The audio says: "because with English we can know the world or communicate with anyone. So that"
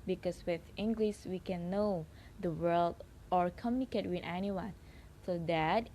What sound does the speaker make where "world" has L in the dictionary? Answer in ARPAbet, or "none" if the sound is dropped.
L